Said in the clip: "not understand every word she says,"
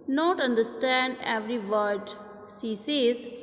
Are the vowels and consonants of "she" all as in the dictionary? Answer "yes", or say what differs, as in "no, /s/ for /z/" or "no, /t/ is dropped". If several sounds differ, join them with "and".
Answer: no, /s/ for /ʃ/